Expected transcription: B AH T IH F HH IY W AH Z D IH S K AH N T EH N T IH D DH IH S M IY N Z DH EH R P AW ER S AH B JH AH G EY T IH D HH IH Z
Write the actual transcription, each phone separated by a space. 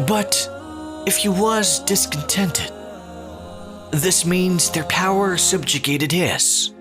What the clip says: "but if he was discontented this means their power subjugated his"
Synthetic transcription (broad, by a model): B AH T IH F HH IY W AH Z D IH S K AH N T EH N T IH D DH IH S M IY N Z DH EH R P AW ER S AH B JH AH G EY T IH D HH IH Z